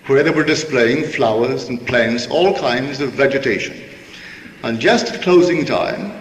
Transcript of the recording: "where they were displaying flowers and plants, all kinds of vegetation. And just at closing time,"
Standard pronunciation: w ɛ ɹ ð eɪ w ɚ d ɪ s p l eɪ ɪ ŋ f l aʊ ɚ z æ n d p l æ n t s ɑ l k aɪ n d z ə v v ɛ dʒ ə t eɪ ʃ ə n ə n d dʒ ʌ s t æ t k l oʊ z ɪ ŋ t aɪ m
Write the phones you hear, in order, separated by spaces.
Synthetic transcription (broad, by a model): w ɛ ɹ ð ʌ w ɚ d ɪ s p l eɪ ɪ ŋ f l aʊ ɚ z n p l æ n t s ɑ l k aɪ n d z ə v v ɛ dʒ ə t eɪ ʃ ə n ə n dʒ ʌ s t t k l oʊ z ɪ ŋ t aɪ m